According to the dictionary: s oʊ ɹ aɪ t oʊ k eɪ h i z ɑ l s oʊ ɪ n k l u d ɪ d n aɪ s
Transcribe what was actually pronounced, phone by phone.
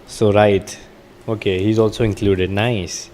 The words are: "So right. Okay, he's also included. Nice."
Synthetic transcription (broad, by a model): s oʊ ɹ aɪ t oʊ k eɪ h i z ɑ l s oʊ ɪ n k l u d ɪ d n aɪ s